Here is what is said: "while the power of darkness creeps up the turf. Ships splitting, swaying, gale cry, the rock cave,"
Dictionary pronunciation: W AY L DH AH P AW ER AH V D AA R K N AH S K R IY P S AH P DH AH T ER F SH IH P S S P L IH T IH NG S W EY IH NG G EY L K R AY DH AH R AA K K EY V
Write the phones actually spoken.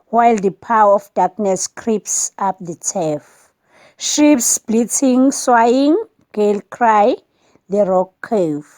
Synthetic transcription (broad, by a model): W AY L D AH P AW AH F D AA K N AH S K R IY P S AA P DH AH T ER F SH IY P S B L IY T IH NG S W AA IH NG G EY L K R AY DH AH R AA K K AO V